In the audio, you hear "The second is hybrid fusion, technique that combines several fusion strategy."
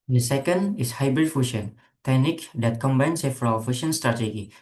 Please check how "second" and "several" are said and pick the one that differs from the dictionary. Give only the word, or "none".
several